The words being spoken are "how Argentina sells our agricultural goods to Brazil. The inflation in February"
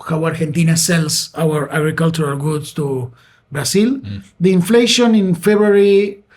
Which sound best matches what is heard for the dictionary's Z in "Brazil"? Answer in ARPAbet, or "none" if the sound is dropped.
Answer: S